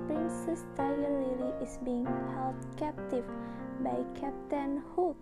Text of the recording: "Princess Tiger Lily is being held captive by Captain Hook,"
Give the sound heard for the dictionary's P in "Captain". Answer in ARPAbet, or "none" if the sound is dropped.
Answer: P